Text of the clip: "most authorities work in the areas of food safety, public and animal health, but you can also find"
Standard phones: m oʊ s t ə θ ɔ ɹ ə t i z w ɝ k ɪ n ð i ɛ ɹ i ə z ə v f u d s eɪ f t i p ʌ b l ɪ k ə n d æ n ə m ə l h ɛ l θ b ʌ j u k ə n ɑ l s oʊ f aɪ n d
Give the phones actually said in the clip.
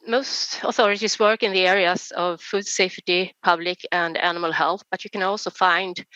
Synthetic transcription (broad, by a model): m oʊ s t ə θ ɔ ɹ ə t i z w ɝ k ɪ n ð i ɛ ɹ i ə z ə v f u d s eɪ f t i p ʌ b l ɪ k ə n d æ n ə m ə l h ɛ l θ b ʌ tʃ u k ə n ɑ l s oʊ f aɪ n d